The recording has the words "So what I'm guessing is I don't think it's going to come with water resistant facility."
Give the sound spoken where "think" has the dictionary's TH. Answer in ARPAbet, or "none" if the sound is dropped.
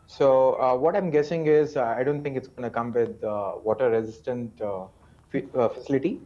T